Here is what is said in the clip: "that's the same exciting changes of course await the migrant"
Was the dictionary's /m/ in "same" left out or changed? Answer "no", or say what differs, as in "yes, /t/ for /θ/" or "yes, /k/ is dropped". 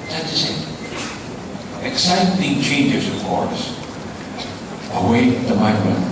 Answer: yes, /m/ is dropped